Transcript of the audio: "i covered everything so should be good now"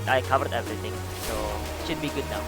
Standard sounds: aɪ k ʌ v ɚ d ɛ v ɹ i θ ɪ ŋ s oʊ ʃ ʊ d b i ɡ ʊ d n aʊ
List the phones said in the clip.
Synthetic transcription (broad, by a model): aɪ k ʌ v ɚ d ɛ v ɹ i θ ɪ ŋ s oʊ ʃ ʊ d b i ɡ ʊ d n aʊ